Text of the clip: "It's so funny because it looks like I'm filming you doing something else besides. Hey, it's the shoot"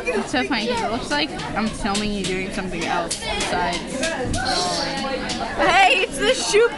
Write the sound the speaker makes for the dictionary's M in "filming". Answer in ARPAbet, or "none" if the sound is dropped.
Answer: none